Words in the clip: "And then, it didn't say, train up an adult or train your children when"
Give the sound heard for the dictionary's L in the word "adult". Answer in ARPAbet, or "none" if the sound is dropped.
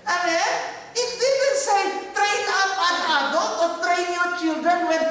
none